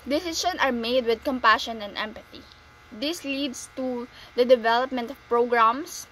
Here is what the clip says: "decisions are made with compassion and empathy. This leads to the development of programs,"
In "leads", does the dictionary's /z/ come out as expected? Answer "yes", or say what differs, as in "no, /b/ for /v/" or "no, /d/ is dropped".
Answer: no, /s/ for /z/